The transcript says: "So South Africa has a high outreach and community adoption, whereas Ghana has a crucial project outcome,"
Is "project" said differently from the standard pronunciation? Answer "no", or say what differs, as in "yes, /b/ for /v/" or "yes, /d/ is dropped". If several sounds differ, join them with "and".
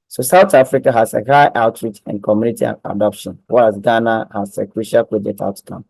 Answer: yes, /k/ is dropped